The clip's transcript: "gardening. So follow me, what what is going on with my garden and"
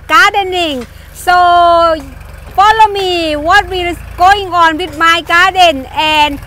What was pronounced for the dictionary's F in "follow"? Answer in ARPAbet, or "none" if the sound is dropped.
P